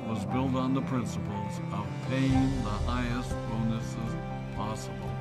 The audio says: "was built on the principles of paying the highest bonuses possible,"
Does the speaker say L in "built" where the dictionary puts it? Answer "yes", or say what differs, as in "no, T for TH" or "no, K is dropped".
yes